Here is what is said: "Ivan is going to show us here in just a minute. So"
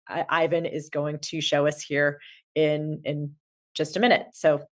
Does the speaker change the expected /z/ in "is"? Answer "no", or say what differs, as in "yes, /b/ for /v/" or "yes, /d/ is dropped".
no